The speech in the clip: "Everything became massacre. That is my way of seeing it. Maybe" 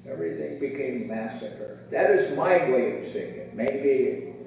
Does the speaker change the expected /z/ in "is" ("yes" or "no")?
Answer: no